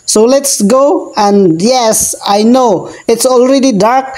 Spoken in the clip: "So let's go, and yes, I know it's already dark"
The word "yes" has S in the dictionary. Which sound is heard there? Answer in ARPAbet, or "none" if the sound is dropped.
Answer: S